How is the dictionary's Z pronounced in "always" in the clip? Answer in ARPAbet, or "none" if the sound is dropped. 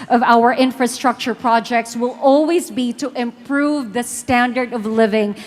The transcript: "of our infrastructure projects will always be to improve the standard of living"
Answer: Z